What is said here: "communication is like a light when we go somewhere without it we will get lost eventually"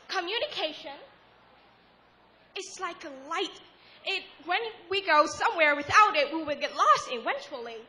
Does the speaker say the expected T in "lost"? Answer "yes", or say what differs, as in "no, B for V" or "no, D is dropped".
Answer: yes